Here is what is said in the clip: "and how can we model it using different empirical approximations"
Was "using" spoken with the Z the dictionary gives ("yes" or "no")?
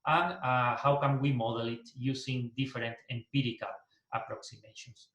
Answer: no